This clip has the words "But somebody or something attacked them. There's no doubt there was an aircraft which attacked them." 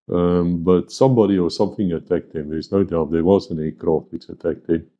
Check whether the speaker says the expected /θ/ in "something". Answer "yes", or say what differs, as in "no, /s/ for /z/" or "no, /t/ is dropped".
yes